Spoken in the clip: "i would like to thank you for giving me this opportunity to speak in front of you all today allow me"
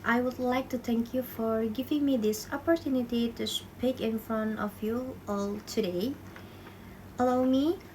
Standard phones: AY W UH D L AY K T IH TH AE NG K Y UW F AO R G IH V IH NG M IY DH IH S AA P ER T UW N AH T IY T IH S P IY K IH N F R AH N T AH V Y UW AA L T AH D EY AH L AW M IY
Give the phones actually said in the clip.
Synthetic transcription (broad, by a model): AY W UH D L AY K T IH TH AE NG K Y UW F AO R G IH V IH NG M IY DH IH S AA P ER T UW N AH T IY T IH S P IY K IH N F R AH N AH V Y UW AA L T AH D EY AH L AW M IY